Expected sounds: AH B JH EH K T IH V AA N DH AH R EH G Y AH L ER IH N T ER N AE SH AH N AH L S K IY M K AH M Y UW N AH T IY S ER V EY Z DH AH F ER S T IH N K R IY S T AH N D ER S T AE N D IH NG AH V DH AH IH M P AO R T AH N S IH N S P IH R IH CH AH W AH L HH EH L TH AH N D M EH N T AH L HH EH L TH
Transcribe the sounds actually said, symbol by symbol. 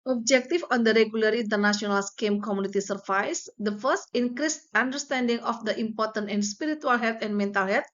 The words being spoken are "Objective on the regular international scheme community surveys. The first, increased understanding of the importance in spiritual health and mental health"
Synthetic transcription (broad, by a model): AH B JH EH K T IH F AA N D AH R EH G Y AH L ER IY N T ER N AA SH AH N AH L S K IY M K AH M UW N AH T IY S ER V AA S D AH F ER S T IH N K R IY S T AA N D ER S T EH N D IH NG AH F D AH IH M P AO R T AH N IH N S P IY R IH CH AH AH L HH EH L T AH N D M EH N T AH L HH EH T